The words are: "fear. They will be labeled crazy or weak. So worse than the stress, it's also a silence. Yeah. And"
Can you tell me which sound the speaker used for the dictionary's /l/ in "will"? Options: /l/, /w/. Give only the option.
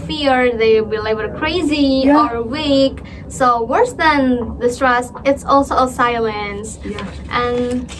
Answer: /w/